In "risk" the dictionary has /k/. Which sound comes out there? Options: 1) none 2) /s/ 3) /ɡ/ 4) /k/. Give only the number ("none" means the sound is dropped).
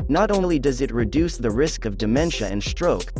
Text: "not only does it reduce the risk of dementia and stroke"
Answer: 4